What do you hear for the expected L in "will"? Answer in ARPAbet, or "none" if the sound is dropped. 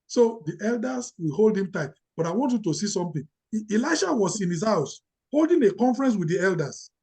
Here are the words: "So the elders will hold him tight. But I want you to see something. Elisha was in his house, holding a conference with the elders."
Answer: L